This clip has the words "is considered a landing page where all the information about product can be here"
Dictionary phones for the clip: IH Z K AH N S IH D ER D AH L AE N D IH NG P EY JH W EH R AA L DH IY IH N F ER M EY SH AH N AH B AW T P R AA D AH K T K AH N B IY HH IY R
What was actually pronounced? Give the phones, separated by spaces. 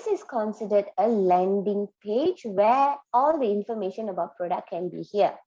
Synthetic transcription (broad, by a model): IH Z K AH N S IH D ER D AH L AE N D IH NG P EY JH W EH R AA L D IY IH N F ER M EY SH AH N AH B AW T P R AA D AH K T K AH N B IY HH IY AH